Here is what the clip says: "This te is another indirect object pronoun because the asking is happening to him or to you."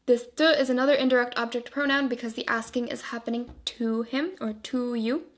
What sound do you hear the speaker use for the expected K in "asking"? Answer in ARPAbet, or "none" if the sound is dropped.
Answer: K